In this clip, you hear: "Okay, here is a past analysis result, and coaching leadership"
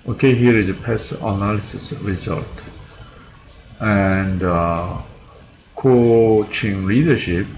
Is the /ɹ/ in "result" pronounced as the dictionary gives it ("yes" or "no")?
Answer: yes